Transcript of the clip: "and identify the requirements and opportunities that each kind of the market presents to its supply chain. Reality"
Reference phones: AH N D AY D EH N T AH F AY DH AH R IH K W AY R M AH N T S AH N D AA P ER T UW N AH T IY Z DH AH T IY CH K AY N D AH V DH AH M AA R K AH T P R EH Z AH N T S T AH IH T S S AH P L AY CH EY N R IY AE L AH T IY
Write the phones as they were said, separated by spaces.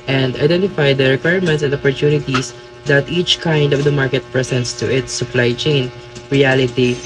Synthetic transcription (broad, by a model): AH N D AY D EH N T AH F AY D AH R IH K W AY R M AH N T S AH N D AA P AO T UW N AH T IY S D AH T IY CH K AY N D AH V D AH M AA R K AH T P R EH S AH N T S T AH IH T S S AH P L AY CH EY N R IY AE L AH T IY